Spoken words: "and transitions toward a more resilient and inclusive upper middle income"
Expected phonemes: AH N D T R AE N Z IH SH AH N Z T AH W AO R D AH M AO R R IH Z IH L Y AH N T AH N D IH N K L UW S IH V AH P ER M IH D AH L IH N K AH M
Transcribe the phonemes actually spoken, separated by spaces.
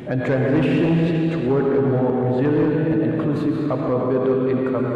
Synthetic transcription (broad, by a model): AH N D T R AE N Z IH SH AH N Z T AH W AO R D AH M AO R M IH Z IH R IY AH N AH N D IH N K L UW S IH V AH P ER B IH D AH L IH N K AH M